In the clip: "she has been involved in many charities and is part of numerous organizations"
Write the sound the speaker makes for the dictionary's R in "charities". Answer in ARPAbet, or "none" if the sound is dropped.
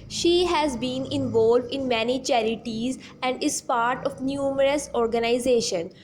R